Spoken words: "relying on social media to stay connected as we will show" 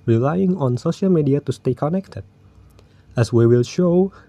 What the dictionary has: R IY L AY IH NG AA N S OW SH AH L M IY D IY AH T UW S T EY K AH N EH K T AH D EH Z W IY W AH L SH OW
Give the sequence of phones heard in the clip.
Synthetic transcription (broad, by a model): R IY L AY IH NG AA N S OW SH AH L M IY D IY AH T UW S T EY K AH N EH K T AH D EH S W IY W AH L SH OW